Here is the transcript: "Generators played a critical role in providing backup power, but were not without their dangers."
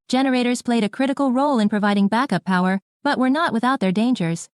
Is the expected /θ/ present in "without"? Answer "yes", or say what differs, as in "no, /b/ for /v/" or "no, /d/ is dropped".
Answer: yes